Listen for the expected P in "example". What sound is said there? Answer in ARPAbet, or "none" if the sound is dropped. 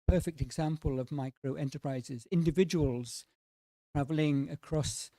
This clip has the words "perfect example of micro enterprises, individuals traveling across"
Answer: P